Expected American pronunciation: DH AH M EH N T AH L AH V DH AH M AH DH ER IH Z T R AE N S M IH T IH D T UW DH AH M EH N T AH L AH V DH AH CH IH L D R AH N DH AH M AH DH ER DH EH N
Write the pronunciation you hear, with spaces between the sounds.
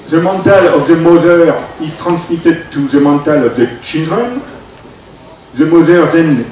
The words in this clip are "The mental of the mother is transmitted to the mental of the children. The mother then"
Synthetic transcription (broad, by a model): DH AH M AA N T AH L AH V DH AH M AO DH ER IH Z T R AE N S M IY T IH D T UW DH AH M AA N T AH L AH V DH AH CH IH N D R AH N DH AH M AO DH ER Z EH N